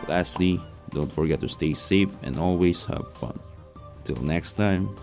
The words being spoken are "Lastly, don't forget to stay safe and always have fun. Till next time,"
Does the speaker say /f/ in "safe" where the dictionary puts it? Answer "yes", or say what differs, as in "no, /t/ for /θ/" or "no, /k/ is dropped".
yes